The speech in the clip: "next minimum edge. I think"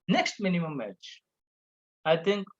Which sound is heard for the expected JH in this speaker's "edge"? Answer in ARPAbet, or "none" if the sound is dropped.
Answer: CH